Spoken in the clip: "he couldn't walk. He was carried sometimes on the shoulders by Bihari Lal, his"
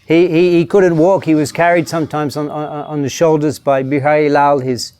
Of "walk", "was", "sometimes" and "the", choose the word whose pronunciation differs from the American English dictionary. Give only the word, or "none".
none